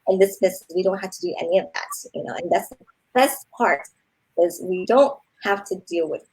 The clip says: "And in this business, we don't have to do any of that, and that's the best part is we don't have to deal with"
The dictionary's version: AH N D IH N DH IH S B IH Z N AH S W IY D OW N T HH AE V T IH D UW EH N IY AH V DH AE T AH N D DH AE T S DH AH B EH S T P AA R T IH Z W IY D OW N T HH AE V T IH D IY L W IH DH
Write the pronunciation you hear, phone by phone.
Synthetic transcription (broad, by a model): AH N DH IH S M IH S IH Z W IY D OW N T HH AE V T IH D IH EH N IY AH V DH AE T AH N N DH AE T S DH AH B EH S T P AA R T IH Z W IY D OW N T HH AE F T IH D IY L W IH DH